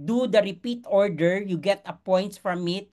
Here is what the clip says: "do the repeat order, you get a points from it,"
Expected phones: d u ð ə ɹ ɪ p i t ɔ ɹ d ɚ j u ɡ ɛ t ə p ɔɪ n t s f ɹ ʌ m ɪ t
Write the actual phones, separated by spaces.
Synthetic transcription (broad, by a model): d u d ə ɹ ɪ p i t ɔ ɹ d ɚ j u ɡ ɛ t ə p ɔɪ n t f ɹ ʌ m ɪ t